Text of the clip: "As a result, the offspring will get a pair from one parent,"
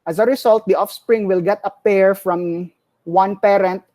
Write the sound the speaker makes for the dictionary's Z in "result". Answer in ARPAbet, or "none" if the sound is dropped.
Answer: S